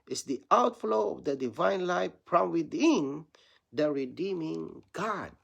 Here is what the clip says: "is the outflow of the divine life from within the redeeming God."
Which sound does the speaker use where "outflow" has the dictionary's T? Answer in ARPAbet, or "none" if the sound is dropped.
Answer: T